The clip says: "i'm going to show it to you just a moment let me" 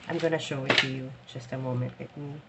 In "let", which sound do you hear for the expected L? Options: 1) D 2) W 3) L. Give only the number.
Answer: 2